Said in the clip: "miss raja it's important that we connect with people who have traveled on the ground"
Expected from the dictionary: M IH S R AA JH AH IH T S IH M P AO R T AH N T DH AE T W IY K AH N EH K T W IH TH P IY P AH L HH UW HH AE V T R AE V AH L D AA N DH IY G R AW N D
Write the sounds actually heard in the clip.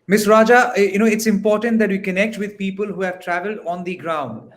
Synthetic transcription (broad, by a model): M IH S R AA JH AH IH T S IH M P AO R T AH N T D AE T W IY K AH N EH K T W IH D P IY P AH L HH UW HH AE V T R AE V AH L D AA N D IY G R AW N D